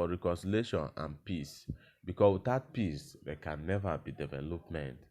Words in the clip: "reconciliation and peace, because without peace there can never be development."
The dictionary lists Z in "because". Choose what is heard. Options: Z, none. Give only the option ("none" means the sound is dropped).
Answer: none